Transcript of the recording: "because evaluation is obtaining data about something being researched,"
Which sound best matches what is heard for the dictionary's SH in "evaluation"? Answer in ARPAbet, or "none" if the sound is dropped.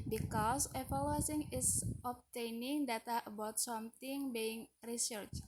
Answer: S